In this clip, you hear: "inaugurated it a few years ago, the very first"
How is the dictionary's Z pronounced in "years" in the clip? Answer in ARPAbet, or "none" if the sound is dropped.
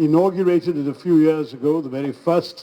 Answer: Z